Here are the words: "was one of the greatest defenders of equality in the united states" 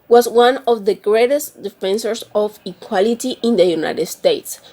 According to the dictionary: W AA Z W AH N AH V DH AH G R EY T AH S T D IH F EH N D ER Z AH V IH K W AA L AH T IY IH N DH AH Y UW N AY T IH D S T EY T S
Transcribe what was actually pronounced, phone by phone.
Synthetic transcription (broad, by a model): W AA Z W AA N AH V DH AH G R EY T AH S T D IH F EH N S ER S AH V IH K W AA L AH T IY IH N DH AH Y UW N AY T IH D S T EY T S